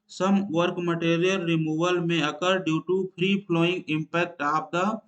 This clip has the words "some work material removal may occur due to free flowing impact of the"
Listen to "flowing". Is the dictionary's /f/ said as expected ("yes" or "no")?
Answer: no